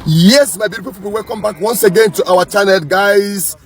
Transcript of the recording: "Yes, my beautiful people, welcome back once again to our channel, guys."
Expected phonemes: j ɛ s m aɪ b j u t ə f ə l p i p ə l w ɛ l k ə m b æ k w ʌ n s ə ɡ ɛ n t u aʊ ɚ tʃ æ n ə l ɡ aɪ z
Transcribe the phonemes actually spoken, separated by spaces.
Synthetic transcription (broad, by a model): j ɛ s m aɪ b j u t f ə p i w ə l w ɛ l k ə m b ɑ k w ʌ n s ə ɡ ɛ n t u aʊ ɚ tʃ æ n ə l ɡ aɪ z